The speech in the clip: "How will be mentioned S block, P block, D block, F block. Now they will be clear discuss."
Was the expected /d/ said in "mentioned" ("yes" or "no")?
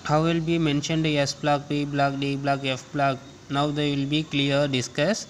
yes